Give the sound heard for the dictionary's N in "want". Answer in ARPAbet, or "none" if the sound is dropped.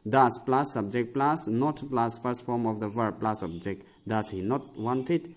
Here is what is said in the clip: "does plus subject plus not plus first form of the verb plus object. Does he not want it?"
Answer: N